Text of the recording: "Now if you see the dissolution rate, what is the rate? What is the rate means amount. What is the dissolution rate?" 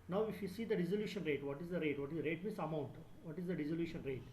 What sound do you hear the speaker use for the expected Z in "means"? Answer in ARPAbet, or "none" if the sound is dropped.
S